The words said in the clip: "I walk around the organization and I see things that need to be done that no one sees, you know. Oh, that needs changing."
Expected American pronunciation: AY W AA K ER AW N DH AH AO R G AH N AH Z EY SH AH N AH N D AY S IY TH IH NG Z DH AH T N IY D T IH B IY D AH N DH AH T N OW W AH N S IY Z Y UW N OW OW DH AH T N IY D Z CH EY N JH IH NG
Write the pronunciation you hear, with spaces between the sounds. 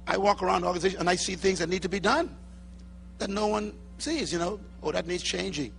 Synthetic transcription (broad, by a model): AY W AA K ER AW N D AO R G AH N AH Z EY AH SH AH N AY S IY TH IH NG Z DH AH T N IY D T IH B IY D AH N DH AH T N OW W AH N S IY Z Y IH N OW OW DH AH T N IY D Z CH EY N JH IH NG